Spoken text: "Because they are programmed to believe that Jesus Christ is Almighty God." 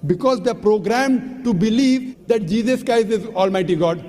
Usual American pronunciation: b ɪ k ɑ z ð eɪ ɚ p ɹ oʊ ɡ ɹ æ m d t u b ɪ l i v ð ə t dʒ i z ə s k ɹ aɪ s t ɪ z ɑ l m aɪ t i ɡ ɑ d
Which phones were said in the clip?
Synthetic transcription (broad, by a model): b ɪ k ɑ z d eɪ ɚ p ɹ oʊ ɡ ɹ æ m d t u b ɪ l i v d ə t dʒ i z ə s k ɹ aɪ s ɪ z ɑ l m aɪ t i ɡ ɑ d